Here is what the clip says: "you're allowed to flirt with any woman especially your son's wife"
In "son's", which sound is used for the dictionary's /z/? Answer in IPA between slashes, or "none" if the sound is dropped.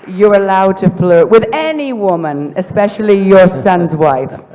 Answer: /z/